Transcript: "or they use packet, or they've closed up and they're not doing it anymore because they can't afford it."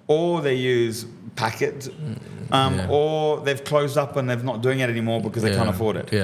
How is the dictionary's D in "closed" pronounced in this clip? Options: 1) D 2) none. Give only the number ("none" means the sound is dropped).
1